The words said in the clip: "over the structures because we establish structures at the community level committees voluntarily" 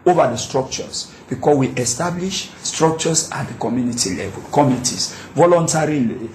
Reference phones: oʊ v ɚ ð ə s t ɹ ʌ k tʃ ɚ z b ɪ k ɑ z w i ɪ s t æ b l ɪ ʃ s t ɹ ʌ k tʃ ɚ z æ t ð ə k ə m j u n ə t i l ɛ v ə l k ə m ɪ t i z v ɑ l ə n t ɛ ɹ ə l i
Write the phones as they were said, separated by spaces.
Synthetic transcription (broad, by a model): oʊ v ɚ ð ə s t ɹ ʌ k tʃ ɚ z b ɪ k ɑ w i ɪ s t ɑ b l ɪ ʃ s t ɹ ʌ k tʃ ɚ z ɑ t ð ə k ə m j u n ə t i l ɛ v ə l k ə m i t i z v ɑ l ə n t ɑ ɹ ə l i